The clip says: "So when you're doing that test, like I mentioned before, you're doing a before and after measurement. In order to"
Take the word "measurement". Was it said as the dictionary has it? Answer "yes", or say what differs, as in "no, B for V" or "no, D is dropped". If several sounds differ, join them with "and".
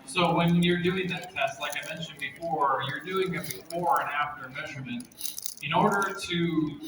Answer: yes